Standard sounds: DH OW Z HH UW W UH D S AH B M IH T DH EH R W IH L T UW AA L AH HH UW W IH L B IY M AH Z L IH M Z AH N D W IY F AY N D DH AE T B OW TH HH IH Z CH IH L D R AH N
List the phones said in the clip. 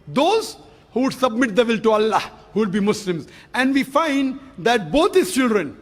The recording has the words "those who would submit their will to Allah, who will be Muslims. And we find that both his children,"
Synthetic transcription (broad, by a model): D OW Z HH UW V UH D S AH B M IH T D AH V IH L T UW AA L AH HH UW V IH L B IY M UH S L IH M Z AH N D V IY F AY N D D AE T B OW T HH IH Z CH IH L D R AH N